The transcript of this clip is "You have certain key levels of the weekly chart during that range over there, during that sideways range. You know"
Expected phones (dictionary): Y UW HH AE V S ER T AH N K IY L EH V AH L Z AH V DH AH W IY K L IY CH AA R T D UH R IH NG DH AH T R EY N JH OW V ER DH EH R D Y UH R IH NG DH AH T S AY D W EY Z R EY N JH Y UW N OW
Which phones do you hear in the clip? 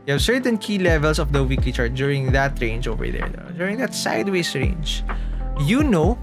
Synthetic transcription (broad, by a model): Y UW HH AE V S ER T AH N K IY L EH V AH L S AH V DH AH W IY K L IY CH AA R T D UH R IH NG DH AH T R EY N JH OW V ER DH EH R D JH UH R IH NG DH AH T S AY D W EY S R EY N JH Y UW N OW